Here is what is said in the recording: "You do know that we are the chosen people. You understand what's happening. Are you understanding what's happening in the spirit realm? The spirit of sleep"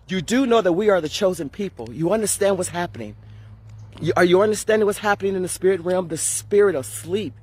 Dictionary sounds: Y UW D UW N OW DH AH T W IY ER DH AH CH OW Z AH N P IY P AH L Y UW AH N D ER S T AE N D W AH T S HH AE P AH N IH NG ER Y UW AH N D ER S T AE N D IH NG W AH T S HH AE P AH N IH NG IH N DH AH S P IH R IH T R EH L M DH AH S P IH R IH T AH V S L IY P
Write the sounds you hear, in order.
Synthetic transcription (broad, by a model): Y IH D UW N OW DH AH T W IY ER DH AH CH OW Z AH N P IY P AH L Y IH AH N D ER S T AE N D W AH T S HH AE P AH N IH NG ER Y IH AH N D ER S T AE N D IH NG W AH T S HH AE P AH N IH NG IH N DH AH S P IH R IH T R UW M DH AH S P IH R IH T AH V S L IY P